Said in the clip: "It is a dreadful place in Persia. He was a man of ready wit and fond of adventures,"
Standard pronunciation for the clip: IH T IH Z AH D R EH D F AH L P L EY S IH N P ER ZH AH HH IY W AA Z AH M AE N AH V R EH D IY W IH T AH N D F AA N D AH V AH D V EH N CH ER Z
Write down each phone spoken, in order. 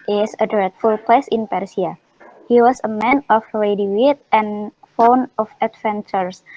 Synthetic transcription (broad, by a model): T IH S AH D R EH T F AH L P L EY S IH N P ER S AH HH IY W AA S AH M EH N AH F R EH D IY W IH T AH N F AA N AH F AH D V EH N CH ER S